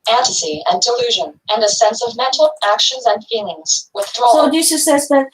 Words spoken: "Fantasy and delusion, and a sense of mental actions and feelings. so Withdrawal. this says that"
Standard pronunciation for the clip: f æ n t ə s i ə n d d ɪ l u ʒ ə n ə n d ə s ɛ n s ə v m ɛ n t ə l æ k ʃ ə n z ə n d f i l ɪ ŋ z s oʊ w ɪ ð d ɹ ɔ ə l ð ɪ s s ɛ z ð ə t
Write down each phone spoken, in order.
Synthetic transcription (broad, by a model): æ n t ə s i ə n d d ɪ l u ʒ ə n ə n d ə s ɛ n s ə v m ɛ n t l æ k ʃ ə n z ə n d f i l ɪ ŋ z w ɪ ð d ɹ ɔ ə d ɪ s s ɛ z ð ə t